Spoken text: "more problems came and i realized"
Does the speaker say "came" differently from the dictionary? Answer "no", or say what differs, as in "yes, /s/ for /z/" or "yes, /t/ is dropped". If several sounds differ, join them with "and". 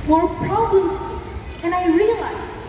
yes, /m/ is dropped